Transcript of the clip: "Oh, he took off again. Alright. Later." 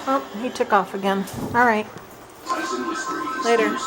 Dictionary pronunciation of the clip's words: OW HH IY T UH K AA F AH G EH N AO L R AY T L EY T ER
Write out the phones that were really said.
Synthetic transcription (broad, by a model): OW HH IY T UH K AA F AH G EH N AO L R AY T L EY T ER